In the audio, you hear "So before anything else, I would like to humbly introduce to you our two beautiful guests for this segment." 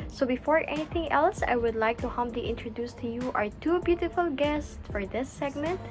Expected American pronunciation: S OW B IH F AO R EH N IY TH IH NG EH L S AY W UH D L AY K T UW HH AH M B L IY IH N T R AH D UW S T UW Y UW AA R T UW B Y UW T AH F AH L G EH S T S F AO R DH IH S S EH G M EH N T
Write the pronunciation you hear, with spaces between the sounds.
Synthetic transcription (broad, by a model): S OW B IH F AO R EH N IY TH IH NG EH L S AY W UH D L AY K T UW HH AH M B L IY IH N T R AH D UW S T UW Y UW AA R T UW B Y UW T AH F AH L G EH S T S F AO R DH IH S S EH G M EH N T